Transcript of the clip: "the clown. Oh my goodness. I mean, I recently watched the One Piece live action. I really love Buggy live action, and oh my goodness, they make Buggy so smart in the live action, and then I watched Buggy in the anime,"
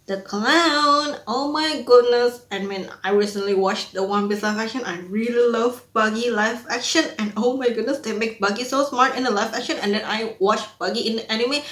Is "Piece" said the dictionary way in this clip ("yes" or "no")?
no